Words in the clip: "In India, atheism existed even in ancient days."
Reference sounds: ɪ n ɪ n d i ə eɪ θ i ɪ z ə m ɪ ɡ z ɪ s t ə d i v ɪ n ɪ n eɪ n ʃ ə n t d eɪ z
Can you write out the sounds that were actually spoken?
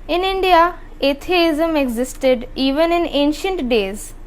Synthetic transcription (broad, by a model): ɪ n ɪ n d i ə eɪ t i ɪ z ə m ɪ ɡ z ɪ s t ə d i v ɪ n ɪ n eɪ n ʃ ə n t d eɪ z